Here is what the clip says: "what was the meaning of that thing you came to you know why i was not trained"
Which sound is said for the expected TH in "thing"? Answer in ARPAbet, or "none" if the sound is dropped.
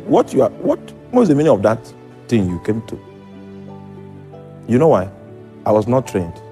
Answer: T